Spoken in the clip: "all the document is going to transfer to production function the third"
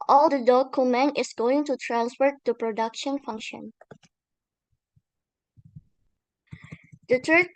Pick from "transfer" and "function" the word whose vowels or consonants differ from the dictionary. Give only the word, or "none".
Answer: none